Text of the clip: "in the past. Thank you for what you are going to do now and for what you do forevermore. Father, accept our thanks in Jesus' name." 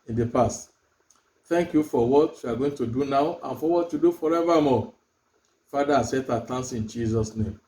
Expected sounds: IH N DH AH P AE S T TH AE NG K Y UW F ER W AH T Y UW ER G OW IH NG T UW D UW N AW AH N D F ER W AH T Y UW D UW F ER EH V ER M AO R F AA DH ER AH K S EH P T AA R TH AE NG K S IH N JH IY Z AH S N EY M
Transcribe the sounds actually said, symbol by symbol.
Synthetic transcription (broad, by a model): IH N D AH P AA S T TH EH NG K Y UW F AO W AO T Y UW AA G OW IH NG T UW D UW N AW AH N F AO W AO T Y UW D UW F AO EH V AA M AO F AA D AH S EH T AA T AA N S IH N JH IY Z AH S N EY M